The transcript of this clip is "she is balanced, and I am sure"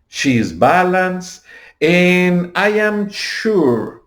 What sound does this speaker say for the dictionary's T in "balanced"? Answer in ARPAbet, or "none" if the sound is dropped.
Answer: none